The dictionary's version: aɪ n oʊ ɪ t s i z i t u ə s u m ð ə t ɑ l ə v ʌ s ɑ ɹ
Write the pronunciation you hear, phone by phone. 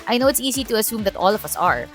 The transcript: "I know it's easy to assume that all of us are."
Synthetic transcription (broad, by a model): aɪ n oʊ ɪ t s i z i t u ə s u m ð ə t ɑ l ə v ʌ s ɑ ɹ